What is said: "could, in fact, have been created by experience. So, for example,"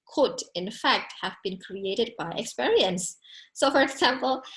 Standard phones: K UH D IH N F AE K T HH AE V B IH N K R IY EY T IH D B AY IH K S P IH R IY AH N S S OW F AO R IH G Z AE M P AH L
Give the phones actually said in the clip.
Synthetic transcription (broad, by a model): K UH D IH N F AE K T HH AE V B IH N K R IY EY T IH D B AY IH K S P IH R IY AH N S S OW F AO R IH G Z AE M P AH L